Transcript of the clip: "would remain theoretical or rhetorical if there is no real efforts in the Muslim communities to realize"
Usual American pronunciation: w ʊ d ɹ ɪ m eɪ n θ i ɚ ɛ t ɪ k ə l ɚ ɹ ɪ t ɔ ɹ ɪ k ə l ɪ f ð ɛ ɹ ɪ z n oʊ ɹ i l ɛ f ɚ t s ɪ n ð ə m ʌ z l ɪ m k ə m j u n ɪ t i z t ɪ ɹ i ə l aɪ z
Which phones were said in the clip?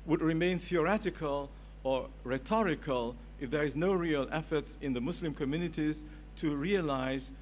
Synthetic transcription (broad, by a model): w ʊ d ɹ ɪ m eɪ n θ i ɚ ɛ t ɪ k ə l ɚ ɹ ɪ t ɔ ɹ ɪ k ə l ɪ f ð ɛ ɹ ɪ z n oʊ ɹ i l ɛ f ɚ t s ɪ n ð ə m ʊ s l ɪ m k ə m j u n ɪ t i z t ɪ ɹ i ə l aɪ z